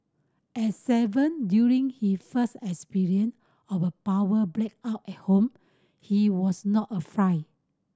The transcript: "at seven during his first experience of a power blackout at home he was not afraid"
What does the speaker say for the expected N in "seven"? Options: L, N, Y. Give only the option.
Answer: N